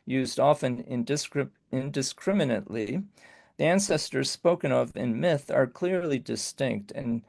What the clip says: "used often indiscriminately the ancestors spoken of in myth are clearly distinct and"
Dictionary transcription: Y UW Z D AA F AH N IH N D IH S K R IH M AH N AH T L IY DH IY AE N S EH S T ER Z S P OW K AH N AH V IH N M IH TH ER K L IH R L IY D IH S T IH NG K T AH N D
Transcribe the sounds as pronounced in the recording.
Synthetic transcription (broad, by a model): Y UW Z D AA F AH N IH N D IH S K R IH M AH N AH T L IY DH IY AE N S EH S T ER Z S P OW K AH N AH V IH N M IH TH ER K L IH R L IY D IH S T IH NG K T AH N